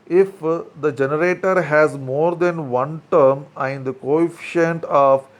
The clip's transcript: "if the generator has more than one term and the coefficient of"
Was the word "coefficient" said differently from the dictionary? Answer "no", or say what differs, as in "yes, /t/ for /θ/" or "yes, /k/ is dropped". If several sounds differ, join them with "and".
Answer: no